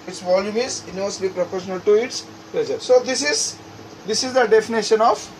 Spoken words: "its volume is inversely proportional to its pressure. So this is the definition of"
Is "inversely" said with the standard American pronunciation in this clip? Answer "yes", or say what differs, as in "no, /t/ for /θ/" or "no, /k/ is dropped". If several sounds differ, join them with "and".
no, /v/ is dropped